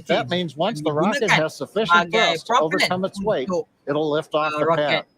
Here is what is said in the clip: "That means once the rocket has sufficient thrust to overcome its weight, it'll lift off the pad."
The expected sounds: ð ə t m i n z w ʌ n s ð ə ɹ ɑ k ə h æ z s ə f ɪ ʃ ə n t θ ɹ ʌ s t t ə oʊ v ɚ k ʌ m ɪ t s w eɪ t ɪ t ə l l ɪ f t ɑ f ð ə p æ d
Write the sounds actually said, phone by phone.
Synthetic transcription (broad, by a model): ð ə t m i n z w ʌ n s ð ə ɹ ɑ k ə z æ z s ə f ɪ ʃ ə n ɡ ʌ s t t ə oʊ v ɚ k ʌ m ɪ t s w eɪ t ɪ t l l ɪ f t ɑ f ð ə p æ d